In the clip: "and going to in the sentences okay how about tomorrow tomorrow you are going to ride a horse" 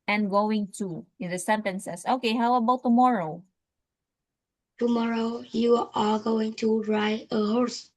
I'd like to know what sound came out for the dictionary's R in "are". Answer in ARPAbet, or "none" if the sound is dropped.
L